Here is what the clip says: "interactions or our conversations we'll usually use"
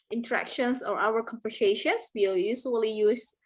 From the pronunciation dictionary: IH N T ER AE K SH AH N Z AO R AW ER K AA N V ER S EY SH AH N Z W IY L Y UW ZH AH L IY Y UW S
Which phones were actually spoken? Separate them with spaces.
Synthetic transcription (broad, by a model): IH N T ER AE K SH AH N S AO R AW ER K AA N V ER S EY SH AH N S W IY W Y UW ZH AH L IY Y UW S